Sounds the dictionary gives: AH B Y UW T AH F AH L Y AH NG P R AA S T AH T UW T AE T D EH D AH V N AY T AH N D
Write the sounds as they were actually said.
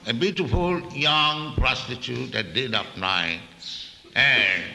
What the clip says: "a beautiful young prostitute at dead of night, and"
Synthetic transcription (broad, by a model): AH B Y UW T AH F AH L Y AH NG P R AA S T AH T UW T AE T D EH D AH P N AY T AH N